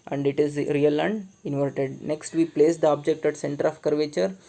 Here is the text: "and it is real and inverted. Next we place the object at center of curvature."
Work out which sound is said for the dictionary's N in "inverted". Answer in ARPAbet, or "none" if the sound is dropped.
N